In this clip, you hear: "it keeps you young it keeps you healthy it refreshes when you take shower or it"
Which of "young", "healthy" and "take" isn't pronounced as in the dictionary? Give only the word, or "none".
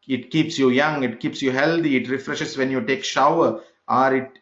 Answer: healthy